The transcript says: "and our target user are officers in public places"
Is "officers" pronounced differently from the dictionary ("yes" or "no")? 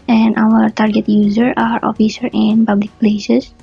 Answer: yes